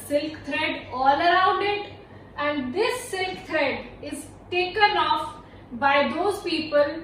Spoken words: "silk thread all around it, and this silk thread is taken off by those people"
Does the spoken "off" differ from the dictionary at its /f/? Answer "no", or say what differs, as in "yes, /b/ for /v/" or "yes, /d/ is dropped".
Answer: no